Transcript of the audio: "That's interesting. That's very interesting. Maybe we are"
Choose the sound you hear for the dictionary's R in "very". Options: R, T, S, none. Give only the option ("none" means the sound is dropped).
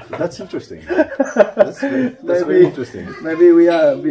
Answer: none